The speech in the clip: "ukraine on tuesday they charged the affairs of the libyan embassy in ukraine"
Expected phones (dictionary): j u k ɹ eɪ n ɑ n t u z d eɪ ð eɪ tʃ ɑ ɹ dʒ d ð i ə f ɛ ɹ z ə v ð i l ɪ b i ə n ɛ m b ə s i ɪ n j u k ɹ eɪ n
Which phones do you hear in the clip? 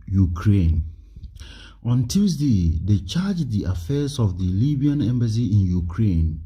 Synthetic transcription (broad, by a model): j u k ɹ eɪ n ɑ n t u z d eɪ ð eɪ tʃ ɑ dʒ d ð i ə f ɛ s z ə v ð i l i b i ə n ɛ m b ə s i ɪ n j u k ɹ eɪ n